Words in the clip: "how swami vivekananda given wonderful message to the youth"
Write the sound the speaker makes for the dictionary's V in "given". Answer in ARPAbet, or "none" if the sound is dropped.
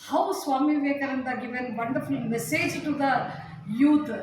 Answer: V